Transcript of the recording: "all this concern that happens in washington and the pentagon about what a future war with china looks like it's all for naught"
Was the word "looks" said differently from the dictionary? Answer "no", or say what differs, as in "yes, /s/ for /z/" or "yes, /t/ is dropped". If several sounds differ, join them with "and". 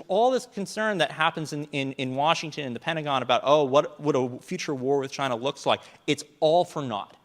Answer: no